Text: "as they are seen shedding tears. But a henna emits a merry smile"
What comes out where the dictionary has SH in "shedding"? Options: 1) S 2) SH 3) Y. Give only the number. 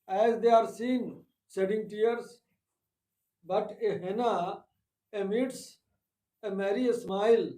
1